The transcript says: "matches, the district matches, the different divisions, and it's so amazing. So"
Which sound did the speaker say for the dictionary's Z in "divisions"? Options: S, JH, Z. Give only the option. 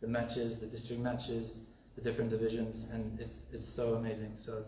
Z